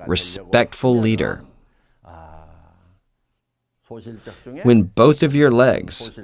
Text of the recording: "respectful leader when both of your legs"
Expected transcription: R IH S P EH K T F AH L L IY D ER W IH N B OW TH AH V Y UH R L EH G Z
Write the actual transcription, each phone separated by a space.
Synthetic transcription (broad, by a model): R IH S P EH K T F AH L L IY D ER W IH N B OW TH AH V Y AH R L EH G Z